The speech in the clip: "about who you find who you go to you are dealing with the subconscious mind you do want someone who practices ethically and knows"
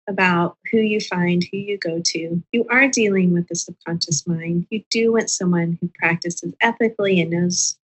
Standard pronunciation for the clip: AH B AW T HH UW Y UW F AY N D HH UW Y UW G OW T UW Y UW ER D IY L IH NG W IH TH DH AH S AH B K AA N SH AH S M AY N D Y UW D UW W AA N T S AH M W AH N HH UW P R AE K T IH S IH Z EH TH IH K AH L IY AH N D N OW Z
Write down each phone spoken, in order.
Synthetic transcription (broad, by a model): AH B AW T HH UW Y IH F AY N D HH UW Y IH G OW T UW Y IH ER D IY L IH NG W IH DH AH S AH K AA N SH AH S M AY N D Y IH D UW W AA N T S AH M W AH N HH UW P R AE K T IH S IH Z EH TH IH K L IY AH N N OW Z